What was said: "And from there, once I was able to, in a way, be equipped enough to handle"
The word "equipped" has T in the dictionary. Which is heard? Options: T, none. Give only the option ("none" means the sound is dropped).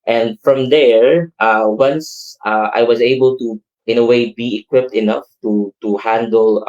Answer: T